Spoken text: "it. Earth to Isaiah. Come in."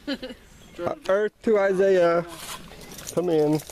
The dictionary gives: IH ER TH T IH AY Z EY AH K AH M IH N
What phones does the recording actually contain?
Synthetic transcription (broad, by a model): ER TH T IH AY Z EY AH K AH M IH N